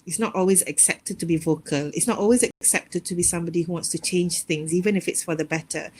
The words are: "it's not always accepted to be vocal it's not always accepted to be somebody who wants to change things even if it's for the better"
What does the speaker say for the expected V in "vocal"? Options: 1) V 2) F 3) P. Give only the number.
1